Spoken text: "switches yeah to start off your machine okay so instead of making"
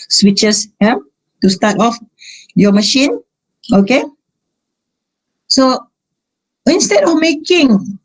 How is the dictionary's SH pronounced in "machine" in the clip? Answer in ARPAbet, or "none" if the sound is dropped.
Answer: SH